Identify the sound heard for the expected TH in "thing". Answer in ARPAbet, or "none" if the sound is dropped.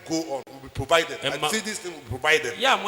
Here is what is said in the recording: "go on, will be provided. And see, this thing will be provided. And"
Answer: T